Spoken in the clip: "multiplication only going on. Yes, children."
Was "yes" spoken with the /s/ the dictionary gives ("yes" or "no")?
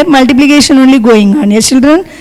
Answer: no